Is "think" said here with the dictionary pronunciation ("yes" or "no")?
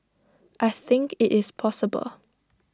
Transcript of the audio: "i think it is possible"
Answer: yes